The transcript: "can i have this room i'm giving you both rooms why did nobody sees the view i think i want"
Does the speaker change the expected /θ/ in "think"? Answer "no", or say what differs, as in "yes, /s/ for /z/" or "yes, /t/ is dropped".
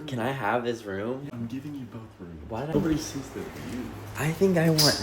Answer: no